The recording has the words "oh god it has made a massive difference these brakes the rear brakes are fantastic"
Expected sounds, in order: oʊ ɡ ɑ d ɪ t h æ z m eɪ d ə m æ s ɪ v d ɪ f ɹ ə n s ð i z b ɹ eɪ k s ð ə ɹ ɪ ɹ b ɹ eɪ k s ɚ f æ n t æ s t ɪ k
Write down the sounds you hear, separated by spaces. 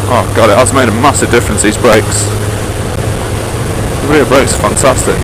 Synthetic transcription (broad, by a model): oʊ ɡ ɑ d ɪ t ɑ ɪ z m eɪ d ə m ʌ s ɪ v d ɪ f ɹ ə n s ð i z b ɹ eɪ k s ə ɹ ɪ b ɹ eɪ k s f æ n t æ s t ɪ k